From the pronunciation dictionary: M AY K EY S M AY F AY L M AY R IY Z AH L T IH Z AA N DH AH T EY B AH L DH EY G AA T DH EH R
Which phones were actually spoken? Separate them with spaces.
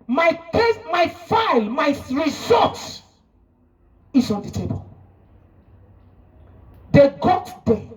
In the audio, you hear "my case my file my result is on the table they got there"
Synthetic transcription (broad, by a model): M AY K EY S M AY F AY L M AY R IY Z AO T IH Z AA N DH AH T EY B AH L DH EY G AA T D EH